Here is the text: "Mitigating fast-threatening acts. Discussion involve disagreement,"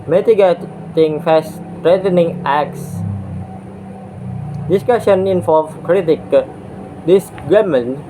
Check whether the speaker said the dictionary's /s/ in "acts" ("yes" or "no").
yes